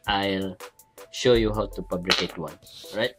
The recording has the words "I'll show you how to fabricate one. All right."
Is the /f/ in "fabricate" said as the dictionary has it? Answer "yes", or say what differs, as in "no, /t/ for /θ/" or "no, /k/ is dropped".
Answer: no, /p/ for /f/